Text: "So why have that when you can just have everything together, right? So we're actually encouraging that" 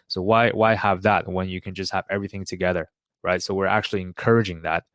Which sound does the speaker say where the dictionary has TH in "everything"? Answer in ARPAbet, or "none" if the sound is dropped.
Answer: TH